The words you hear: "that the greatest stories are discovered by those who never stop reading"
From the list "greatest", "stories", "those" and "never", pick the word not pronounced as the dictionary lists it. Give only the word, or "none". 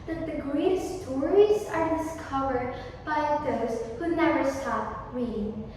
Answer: greatest